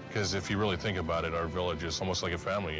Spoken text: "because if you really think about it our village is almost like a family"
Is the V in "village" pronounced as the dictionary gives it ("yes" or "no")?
yes